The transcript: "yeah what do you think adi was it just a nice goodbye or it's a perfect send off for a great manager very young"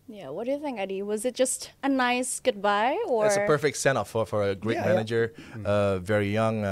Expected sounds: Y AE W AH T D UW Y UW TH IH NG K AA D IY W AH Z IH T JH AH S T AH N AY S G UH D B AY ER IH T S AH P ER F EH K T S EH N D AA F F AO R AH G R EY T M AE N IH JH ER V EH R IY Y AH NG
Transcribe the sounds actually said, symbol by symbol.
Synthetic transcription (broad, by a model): Y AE W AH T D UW Y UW TH IH NG K AA D IY W AH Z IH T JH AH S T AH N AY S G UH D B AY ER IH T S AH P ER F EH K T S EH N AA F F AO R AH G R EY T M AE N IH JH ER V EH R IY Y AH NG